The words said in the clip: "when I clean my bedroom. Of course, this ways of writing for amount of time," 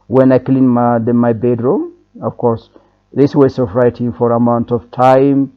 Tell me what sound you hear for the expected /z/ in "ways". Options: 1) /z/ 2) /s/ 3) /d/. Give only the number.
2